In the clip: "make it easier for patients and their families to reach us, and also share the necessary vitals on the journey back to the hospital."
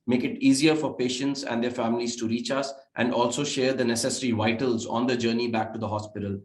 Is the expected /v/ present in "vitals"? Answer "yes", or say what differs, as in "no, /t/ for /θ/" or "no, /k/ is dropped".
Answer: yes